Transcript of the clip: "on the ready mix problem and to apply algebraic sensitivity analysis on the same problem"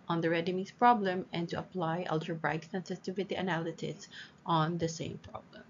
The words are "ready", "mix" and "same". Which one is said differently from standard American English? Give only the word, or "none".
mix